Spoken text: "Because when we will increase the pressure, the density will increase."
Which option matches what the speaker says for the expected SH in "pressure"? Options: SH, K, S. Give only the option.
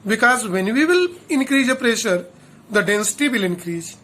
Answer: SH